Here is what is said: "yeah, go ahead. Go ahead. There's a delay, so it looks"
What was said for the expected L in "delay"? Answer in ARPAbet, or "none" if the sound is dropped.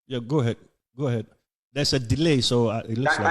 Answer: L